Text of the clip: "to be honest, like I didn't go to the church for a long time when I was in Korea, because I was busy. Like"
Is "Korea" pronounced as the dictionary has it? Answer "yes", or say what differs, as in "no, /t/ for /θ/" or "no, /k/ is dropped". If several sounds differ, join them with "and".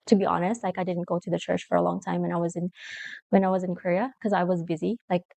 no, /w/ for /ɹ/